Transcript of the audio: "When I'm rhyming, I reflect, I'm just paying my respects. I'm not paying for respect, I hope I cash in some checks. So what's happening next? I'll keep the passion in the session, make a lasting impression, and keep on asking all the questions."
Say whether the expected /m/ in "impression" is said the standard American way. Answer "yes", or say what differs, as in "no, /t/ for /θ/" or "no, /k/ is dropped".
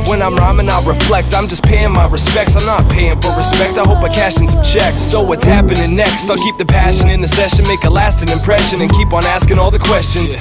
yes